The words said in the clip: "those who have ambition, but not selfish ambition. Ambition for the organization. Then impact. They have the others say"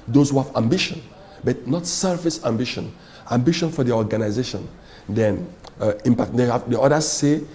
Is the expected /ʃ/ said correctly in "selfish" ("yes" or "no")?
no